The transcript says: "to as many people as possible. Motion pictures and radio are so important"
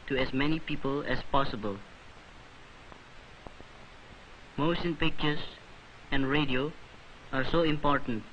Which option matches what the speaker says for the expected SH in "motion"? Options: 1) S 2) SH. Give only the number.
1